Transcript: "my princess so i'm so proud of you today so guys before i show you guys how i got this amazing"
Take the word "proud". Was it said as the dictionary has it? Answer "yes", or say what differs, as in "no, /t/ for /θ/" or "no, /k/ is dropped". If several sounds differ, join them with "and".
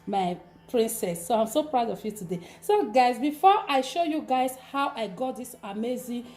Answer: yes